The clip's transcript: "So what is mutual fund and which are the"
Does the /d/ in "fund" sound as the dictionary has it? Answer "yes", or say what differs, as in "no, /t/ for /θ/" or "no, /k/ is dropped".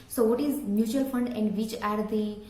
yes